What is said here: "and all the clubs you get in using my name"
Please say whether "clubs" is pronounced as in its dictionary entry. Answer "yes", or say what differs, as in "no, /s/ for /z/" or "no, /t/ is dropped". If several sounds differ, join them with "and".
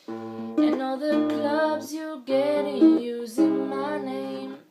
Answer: yes